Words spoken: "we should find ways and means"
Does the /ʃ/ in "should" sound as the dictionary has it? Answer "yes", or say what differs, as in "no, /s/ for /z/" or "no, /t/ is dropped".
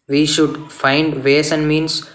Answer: yes